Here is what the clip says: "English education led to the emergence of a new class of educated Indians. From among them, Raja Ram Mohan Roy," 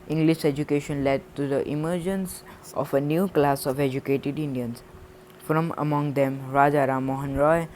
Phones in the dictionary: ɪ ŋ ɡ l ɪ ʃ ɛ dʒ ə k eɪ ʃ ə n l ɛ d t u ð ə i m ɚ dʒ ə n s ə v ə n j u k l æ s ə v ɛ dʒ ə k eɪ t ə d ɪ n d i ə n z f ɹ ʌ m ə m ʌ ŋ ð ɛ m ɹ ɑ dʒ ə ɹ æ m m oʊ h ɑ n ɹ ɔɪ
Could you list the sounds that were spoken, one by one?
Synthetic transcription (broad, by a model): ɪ ŋ ɡ l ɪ ʃ ɛ dʒ ə k eɪ ʃ ə n l ɛ d t u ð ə i m ɚ dʒ ə n s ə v ə n j u k l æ s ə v ɛ dʒ ə k eɪ t ə d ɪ n d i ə n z f ɹ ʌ m ə m ʌ ŋ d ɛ m ɹ ɑ dʒ ə ɹ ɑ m m oʊ h ɑ n ɹ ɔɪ